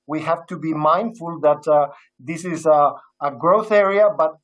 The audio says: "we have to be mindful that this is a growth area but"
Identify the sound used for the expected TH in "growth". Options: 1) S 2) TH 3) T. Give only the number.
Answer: 2